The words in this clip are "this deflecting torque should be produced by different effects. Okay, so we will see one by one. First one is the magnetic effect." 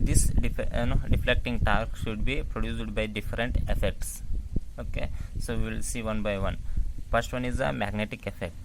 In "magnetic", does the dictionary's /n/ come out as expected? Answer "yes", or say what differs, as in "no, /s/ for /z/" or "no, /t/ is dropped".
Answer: yes